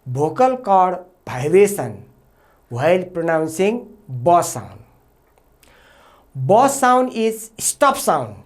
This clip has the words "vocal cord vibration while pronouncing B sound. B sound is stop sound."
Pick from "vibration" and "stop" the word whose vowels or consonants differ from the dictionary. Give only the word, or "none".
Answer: vibration